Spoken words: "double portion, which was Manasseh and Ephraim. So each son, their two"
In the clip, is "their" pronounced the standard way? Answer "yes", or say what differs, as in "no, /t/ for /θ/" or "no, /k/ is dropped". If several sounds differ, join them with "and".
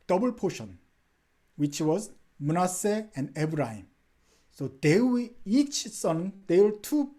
no, /w/ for /ɹ/